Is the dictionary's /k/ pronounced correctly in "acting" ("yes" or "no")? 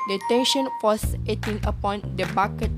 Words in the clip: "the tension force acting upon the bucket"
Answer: no